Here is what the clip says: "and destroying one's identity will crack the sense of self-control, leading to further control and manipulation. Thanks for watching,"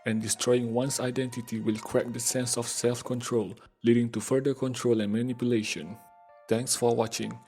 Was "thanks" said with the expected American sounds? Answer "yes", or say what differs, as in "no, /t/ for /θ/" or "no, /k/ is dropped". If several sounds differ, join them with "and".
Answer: no, /t/ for /θ/